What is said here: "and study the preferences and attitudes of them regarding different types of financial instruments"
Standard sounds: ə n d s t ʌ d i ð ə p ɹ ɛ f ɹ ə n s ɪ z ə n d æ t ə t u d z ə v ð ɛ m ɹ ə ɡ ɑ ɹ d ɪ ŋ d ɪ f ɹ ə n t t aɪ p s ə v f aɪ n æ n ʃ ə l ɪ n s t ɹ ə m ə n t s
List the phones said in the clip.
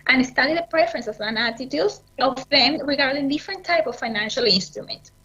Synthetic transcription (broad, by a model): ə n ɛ s t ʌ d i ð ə p ɹ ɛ f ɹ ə n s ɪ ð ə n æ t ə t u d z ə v ð ɛ m ɹ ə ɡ ɑ ɹ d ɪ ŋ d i f ɹ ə n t t aɪ p ə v f aɪ n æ n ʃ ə l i n s t ɹ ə m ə n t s